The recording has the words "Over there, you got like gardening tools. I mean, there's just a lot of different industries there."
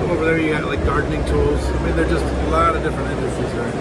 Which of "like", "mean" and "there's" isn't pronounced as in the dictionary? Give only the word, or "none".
there's